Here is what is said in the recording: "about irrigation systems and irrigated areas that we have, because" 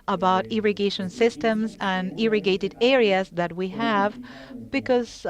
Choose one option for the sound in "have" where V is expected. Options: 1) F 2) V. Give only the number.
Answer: 2